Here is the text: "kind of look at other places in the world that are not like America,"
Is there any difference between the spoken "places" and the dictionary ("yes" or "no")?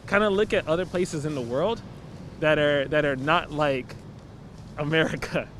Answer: no